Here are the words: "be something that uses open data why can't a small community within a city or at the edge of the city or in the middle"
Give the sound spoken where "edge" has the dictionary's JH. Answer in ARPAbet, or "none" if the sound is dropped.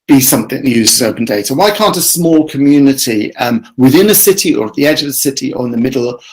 JH